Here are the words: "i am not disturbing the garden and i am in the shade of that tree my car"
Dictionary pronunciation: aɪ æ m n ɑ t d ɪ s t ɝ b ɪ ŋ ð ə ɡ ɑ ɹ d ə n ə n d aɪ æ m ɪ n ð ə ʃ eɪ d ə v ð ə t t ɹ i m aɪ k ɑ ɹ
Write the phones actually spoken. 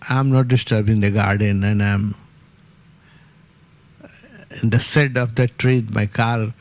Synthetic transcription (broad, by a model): aɪ m n ɑ t d ɪ s t ɝ b ɪ ŋ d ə ɡ ɑ ɹ d ə n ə n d aɪ m ɪ n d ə s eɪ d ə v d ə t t ɹ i m aɪ k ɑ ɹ